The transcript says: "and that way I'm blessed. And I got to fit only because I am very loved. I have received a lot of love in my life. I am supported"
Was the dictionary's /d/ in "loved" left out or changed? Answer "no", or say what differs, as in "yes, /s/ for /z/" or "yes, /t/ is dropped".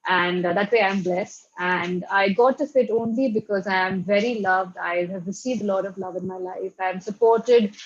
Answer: no